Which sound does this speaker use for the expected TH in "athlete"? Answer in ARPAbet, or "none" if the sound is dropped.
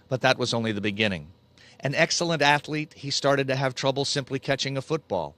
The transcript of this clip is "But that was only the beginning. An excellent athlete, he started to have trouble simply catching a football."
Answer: TH